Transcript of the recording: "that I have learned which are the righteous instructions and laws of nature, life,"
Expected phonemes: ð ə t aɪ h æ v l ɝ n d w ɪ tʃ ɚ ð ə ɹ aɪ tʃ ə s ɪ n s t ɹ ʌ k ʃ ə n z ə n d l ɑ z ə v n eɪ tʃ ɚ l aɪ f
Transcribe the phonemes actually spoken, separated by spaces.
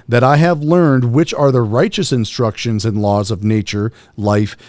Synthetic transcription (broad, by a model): ð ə t aɪ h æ v l ɝ n d w ɪ tʃ ɚ ð ə ɹ aɪ tʃ ə s ɪ n s t ɹ ʌ k ʃ ə n z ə n l ɑ z ə v n eɪ tʃ ɚ l aɪ f